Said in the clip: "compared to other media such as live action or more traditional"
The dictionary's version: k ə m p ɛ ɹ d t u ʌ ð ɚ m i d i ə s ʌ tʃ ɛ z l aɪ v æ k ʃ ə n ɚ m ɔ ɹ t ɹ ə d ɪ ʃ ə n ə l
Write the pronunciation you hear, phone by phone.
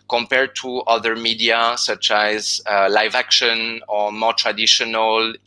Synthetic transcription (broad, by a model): k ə m p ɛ ɹ d t u ʌ ð ɚ m i d i ə s ʌ tʃ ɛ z l aɪ v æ k ʃ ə n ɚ m ɔ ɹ t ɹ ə d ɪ ʃ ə n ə l